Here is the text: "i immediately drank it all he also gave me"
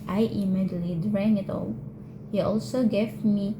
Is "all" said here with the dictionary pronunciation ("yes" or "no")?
yes